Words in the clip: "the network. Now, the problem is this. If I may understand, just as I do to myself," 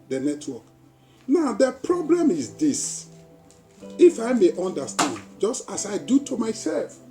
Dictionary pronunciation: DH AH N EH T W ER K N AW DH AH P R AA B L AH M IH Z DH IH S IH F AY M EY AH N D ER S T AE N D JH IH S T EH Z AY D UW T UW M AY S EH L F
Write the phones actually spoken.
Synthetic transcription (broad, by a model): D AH N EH T W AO K N AW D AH P R AA B L AH M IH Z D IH S IH F AY M EY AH N D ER S T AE N D JH IH S T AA S AY D UW T UW M AY S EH L F